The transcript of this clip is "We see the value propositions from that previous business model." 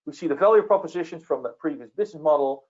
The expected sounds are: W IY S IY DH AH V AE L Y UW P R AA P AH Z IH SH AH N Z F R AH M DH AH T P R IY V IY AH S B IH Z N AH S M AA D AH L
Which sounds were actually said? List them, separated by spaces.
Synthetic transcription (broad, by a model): W IY S IY DH AH F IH L Y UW P R AA P AH Z IH SH AH N Z F R AH M DH AH T P R IY V IY AH S B IH Z N AH S M AA D L